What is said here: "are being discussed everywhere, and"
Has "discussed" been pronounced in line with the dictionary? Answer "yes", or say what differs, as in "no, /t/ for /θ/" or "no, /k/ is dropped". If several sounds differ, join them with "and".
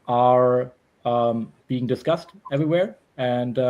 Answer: yes